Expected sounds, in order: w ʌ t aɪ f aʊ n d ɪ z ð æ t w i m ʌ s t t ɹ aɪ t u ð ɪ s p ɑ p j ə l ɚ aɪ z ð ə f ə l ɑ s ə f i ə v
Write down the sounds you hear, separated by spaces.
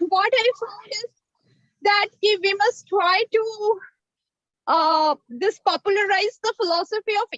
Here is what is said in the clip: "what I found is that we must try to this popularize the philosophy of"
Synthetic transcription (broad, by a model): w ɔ t aɪ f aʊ d ɪ z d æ t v i m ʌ s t t ɹ aɪ t u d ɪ s p ɑ p j ə l ɚ aɪ z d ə f ə l ɑ s ə f i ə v